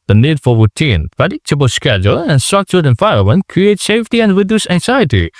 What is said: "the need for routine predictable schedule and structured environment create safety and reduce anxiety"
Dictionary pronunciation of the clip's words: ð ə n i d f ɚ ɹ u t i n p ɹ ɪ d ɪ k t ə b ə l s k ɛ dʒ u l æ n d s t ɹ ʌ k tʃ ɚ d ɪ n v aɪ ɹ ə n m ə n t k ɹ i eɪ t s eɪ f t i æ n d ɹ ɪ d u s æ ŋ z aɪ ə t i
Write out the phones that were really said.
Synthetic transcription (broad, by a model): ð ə n i d f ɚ ɹ u t i n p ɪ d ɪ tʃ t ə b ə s k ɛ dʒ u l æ n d s t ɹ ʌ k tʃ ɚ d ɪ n f aɪ ə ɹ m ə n k ɹ i eɪ t s eɪ f t i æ n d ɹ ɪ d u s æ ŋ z aɪ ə t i